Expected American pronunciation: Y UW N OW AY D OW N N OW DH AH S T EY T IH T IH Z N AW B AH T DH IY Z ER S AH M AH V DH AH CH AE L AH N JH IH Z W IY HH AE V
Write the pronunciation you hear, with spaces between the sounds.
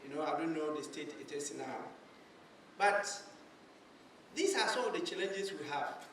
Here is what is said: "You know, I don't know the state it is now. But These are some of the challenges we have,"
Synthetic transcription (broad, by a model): Y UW N OW AY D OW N N OW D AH S T EY T IH T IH S N AW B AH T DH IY S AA S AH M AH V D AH CH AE L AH N JH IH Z W IY HH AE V